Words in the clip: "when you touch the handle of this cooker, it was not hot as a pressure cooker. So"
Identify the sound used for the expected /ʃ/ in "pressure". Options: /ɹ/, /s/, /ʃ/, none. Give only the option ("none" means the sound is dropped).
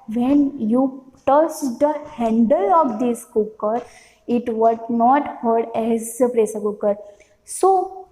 /s/